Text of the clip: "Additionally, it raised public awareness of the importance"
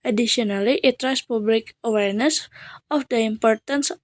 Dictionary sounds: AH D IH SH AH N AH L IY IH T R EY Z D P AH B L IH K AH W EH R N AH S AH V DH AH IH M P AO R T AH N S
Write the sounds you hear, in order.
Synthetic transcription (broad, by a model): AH D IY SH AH N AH L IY IH T R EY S P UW B L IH K AH W EH R N AH S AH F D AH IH M P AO R T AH N S